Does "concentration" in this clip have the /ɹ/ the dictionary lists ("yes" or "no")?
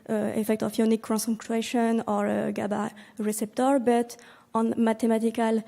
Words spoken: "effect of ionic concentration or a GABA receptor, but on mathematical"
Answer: no